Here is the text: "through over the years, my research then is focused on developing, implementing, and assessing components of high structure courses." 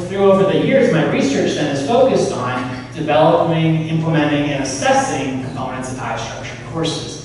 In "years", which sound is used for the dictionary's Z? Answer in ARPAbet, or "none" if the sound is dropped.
Z